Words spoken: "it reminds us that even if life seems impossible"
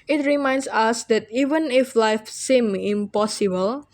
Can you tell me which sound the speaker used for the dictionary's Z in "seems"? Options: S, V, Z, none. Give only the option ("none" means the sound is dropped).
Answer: none